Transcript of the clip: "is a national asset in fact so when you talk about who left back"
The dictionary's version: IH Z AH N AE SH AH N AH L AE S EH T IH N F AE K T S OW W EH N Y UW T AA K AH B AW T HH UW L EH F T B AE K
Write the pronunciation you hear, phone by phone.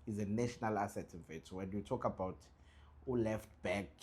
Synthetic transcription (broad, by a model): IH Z AH N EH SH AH N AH L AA S EH T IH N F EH T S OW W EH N Y UW T AA K AH B AW T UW L EH F T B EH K